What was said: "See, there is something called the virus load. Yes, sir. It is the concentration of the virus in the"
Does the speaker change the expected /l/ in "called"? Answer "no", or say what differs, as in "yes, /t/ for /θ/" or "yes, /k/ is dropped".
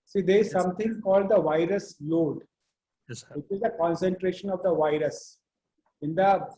no